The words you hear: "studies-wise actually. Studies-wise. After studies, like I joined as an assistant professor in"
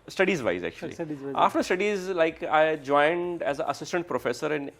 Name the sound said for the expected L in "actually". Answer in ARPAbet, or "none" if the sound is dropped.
none